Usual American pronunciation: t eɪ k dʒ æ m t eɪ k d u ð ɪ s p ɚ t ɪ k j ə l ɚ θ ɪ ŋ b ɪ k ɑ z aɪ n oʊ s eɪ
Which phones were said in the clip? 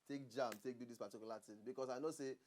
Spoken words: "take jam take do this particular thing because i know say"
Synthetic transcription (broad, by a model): t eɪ k dʒ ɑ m t eɪ k d u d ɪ s p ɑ t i k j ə l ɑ t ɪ b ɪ k ɑ s aɪ n oʊ s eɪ